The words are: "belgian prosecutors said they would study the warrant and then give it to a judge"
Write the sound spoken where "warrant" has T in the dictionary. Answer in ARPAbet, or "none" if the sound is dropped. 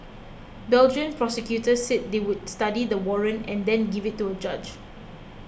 none